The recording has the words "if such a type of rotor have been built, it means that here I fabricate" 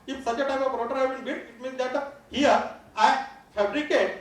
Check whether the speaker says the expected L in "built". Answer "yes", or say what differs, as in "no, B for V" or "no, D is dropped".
no, L is dropped